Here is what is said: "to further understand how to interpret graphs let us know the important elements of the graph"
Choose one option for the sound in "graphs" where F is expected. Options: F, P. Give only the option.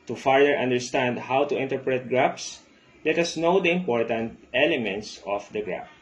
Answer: P